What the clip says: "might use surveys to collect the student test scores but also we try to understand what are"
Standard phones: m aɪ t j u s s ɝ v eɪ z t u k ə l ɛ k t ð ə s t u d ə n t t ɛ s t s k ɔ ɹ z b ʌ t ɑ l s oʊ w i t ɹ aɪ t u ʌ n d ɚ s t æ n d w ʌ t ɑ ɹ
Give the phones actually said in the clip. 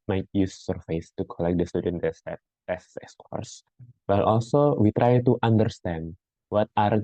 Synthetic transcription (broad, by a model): m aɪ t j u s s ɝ f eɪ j t u k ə l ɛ k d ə s t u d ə n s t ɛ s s s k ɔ ɹ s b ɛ t ɑ l s oʊ w i t ɹ aɪ t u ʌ n d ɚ s t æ n d w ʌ t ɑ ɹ